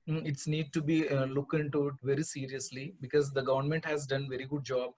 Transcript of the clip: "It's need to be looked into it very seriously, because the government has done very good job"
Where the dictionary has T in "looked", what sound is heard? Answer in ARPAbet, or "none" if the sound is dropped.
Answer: none